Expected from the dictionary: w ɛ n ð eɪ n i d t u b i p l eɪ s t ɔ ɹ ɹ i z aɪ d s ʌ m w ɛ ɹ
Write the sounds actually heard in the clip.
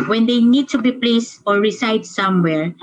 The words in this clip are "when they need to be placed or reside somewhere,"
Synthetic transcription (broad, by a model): w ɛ n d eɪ n i d t u b i p l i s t ɔ ɹ ɹ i s aɪ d s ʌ m w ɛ ɹ